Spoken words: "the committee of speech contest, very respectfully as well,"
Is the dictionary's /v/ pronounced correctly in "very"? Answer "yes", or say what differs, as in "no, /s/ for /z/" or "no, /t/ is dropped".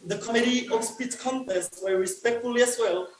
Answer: no, /w/ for /v/